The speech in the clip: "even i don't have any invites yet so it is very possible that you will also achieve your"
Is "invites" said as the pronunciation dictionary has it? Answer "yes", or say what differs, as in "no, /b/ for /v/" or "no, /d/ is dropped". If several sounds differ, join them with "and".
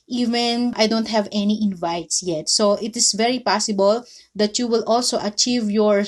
yes